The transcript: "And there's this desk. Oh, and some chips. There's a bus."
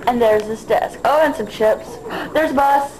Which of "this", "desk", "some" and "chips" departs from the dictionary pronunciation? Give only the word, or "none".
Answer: none